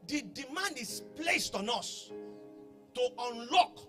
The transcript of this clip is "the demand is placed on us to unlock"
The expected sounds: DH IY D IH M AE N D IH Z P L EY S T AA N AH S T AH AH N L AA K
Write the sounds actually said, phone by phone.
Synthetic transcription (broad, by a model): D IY D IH M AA N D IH S P L EY S T AA N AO S T AH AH N L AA K